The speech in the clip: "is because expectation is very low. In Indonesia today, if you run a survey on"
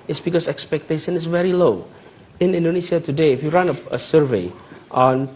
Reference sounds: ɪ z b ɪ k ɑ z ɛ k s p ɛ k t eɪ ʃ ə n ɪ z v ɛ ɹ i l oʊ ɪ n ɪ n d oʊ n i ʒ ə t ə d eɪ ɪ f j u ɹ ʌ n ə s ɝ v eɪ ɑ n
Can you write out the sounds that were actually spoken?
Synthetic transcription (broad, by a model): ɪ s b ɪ k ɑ s ɛ k s p ɛ k t eɪ ʃ ə n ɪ s v ɛ ɹ i l oʊ ɪ n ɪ n d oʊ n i s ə t ə d eɪ ɪ f j u ɹ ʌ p ə s ɝ v eɪ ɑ n